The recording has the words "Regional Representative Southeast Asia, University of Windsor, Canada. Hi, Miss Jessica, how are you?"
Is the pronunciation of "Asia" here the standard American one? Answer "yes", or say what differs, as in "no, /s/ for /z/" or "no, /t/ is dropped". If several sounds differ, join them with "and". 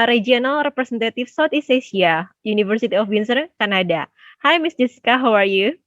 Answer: no, /s/ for /ʒ/